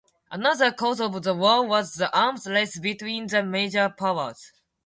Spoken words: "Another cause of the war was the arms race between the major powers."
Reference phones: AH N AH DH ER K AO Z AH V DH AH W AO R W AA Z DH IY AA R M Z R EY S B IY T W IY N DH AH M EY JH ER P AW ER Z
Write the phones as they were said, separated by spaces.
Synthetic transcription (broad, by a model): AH N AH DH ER K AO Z AH V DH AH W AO L W AA Z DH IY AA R M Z L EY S B IY T W IY N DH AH M EY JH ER P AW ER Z